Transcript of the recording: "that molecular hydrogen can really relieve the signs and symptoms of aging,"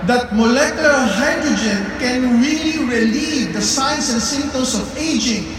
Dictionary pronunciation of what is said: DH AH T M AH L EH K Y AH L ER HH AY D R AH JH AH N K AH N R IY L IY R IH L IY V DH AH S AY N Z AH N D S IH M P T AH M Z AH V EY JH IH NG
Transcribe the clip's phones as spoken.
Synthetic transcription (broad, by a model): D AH T M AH L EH K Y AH L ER HH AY D R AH JH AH N K AH N R IY L IY R IH L IY V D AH S AY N S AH N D S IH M T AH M S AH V EY JH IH NG